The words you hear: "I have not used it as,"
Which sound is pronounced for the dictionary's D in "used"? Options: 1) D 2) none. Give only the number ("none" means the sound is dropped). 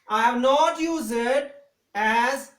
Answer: 2